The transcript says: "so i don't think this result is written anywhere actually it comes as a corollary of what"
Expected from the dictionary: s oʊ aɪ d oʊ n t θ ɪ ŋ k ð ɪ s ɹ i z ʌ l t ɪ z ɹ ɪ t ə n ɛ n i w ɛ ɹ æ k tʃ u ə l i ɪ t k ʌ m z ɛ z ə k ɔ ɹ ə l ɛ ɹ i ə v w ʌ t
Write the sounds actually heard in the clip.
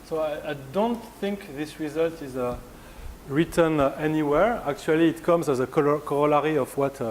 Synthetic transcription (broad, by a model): s oʊ aɪ d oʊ n t θ ɪ ŋ k ð ɪ s ɹ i z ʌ l t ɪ z ɹ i t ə n ɛ n i w ɛ ɹ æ k tʃ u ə l i t k ʌ m z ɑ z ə k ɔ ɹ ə l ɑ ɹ i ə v w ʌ t